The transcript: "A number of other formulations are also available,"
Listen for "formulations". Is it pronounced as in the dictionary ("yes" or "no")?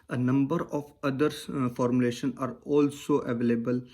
no